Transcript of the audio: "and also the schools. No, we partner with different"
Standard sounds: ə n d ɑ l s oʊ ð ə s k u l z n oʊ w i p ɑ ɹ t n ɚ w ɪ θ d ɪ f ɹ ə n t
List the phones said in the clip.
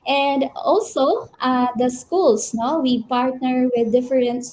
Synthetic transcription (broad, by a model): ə n d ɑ l s oʊ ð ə s k u l s n oʊ w i p ɑ ɹ t n ɚ w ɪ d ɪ f ɹ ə n t